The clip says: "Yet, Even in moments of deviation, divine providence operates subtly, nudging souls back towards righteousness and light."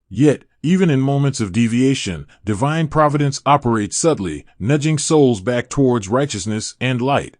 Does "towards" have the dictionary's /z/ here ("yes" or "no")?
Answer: yes